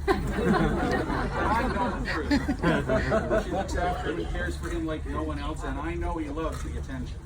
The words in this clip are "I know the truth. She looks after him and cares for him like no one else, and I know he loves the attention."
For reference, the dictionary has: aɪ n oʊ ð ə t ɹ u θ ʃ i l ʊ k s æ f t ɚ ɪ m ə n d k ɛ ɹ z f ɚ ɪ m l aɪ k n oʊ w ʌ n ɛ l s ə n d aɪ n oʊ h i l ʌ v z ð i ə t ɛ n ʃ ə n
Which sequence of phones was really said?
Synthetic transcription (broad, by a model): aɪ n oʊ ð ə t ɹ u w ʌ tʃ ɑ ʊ t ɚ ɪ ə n k ɛ ɹ z f ɚ ɪ m l aɪ k n oʊ w ʌ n ɛ l s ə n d aɪ n oʊ h i l ʌ v z ð i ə t ɛ n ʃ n